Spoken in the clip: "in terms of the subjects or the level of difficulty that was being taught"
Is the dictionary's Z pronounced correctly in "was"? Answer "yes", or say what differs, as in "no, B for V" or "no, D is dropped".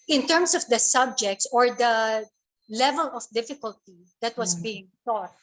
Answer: no, S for Z